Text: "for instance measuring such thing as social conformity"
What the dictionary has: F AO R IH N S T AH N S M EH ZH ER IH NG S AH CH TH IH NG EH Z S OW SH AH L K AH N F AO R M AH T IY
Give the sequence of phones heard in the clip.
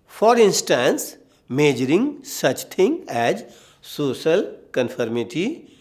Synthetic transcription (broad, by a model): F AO R IH N S T AH N S M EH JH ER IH NG S AH CH T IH NG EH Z S OW SH AH L K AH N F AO R M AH T IY